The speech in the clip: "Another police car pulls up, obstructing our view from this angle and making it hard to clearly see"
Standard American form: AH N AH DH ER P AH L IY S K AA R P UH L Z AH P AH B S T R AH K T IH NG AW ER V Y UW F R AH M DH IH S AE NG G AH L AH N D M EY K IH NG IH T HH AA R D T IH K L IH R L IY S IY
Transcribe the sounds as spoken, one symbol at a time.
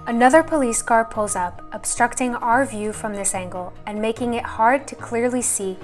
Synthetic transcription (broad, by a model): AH N AH DH ER P AH L IY S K AA R P UH L Z AH P AH B S T R AH K T IH NG AW ER V Y UW F R AH M DH IH S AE NG G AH L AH N M EY K IH NG IH T HH AA R D T IH K L IH R L IY S IY